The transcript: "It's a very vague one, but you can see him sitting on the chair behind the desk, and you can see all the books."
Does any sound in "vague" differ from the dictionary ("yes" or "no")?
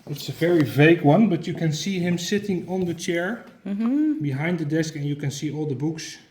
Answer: no